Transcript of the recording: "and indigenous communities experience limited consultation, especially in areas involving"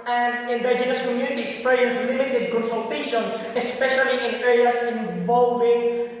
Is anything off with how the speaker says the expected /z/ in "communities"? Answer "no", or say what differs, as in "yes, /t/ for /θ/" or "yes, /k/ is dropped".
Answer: yes, /z/ is dropped